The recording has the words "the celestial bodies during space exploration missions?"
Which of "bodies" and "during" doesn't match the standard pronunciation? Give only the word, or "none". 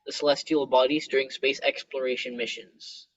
none